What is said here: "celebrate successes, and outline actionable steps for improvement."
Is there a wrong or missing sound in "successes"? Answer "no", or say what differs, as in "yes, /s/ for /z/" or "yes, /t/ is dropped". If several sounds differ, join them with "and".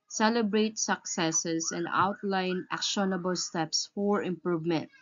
yes, /s/ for /z/